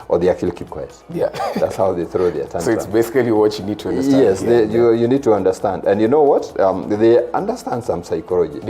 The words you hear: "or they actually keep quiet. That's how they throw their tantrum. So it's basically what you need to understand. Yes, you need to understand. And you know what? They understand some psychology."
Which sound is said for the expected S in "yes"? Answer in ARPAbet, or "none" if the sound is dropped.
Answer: none